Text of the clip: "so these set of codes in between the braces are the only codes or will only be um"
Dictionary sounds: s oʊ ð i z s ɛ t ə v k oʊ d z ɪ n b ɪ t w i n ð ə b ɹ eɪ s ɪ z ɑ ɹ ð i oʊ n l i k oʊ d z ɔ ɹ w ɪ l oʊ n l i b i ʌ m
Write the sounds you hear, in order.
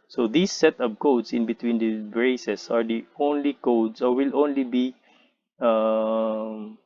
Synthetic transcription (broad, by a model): s oʊ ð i s ɛ t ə p k oʊ d s ɪ n b ɪ t w i n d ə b ɹ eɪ s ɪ s ɑ ɹ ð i oʊ n l i k oʊ d s ɔ ɹ w ɪ l oʊ n l i b i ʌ m